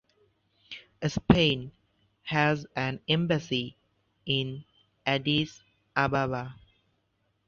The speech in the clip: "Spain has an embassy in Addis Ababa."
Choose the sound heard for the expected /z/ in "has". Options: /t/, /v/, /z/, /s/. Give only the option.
/z/